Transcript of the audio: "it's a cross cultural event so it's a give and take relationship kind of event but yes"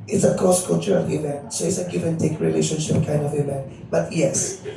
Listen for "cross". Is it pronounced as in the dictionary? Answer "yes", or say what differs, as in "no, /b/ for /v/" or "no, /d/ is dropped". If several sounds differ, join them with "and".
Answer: no, /ɹ/ is dropped